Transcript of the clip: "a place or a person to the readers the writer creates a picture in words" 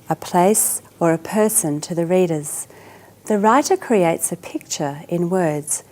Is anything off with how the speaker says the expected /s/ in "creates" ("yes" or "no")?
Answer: no